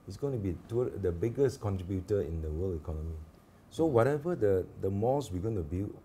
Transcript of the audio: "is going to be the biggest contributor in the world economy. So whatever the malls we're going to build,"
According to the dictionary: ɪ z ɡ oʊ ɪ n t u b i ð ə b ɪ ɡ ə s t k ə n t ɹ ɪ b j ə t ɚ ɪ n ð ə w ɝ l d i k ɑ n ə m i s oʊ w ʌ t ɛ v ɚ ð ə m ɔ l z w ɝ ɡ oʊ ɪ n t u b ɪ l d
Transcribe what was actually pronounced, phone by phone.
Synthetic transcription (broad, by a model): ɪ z ɡ oʊ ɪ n t u b i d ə b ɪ ɡ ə s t k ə n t ɹ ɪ b j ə t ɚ ɪ n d ə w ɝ l i k ɑ n ə m i s oʊ w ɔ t ɛ v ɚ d ə m ɔ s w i ɡ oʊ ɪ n t u b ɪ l